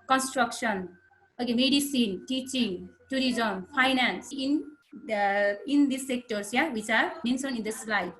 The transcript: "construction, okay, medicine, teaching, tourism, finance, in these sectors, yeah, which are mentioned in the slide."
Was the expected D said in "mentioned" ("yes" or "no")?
no